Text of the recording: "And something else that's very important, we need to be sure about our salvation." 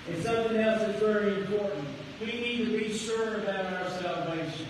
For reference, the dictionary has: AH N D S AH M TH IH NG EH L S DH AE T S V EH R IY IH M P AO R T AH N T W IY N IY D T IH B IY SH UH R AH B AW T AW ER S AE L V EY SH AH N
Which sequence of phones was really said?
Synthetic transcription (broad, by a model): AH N S AH M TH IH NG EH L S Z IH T V EH R IY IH M P AO R T N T W IY N IY D T IH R IY S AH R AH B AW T AW ER S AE L V EY SH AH N